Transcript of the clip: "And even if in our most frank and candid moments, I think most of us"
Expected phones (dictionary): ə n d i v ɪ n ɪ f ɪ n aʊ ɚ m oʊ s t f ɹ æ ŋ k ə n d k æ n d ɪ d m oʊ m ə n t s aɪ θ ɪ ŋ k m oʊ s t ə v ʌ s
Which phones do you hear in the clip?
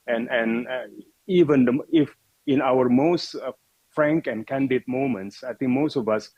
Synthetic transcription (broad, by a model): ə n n i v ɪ n ɪ f ɪ n aʊ ɚ m oʊ s t f ɹ æ ŋ k ə n d k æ n d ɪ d m oʊ m ə n t s aɪ t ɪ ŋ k m oʊ s t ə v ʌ s